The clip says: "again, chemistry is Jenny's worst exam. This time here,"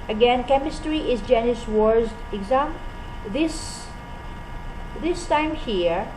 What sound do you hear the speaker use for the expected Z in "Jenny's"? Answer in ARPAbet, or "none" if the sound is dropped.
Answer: S